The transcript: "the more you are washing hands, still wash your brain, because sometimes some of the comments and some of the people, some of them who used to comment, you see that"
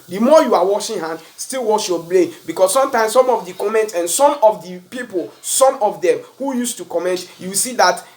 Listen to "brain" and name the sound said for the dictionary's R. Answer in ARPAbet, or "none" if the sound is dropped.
L